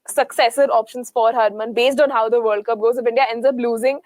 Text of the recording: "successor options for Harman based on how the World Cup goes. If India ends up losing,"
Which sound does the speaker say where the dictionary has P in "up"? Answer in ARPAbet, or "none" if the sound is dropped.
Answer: B